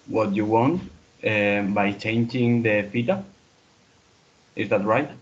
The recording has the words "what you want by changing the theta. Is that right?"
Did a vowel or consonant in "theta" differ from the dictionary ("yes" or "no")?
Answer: yes